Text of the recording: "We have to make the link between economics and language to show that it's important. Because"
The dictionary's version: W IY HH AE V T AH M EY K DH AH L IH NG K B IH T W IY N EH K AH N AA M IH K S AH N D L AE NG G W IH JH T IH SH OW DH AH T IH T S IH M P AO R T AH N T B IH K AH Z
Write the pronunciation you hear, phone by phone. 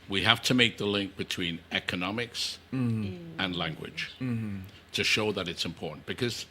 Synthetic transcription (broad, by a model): W IY HH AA F T AH M EY K DH AH L IH NG K B IH T W IY N EH K AH N AA M IH K S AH N L AE NG G W IH JH T IH SH OW DH AH T IH T S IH M P AO R T N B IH K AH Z